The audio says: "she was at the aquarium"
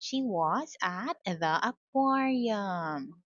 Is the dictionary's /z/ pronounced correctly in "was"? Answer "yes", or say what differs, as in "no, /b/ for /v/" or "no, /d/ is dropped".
yes